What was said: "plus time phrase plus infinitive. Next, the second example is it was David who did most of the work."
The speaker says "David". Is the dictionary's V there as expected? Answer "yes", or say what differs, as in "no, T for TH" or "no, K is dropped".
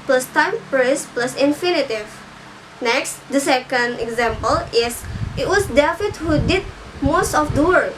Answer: no, F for V